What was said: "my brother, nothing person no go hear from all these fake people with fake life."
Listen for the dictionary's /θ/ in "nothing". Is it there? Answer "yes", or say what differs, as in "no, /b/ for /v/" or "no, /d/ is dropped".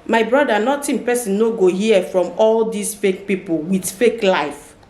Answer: no, /t/ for /θ/